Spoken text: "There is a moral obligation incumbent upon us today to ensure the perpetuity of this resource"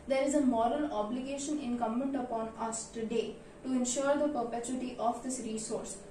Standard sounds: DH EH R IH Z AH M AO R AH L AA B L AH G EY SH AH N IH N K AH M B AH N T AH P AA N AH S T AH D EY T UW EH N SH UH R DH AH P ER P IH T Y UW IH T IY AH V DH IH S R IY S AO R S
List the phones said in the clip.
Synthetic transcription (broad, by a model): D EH R IH Z AH M AO R AH L AA B L AH G EY SH AH N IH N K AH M AH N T AH P AA N AH S T AH D EY T UW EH N SH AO R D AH P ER P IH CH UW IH T IY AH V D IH S R IY S AO R S